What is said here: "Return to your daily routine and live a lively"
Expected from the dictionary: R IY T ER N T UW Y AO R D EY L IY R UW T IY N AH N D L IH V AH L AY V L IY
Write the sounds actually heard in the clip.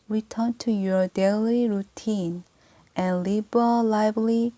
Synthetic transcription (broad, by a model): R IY T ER N T UW Y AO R D EY L IY R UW T IY N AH N L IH B AH L AY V L IY